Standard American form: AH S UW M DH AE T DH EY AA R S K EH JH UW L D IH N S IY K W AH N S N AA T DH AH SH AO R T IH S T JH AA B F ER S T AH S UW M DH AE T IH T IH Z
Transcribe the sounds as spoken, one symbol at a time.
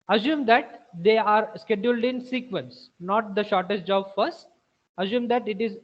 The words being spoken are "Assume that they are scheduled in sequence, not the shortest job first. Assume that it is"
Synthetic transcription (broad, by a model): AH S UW M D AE T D EY AA R S K EH JH UW L D IH N S IY K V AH N S N AA T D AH SH AO R T IH S T JH AA B F ER S T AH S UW M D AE T IH T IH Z